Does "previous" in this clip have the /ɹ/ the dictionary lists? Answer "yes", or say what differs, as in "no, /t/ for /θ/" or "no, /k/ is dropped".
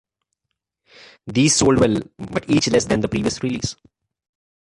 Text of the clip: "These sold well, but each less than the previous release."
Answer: yes